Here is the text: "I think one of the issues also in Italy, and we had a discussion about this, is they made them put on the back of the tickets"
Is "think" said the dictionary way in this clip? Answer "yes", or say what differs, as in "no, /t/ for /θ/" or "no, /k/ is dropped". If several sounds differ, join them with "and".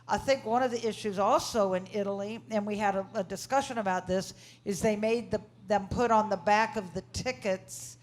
yes